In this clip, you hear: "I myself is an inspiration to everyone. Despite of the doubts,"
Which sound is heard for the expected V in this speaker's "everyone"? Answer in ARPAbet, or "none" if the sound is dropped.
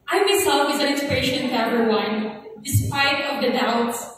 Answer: none